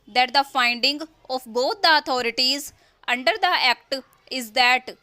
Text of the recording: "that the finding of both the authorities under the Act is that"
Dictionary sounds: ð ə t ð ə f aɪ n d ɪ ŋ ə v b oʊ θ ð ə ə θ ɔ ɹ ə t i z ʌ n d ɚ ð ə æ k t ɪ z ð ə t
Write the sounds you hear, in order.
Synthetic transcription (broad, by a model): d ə t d ə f aɪ n d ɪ ŋ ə f b oʊ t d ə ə t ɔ ɹ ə t i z ʌ n d ɚ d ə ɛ k t ɪ z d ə t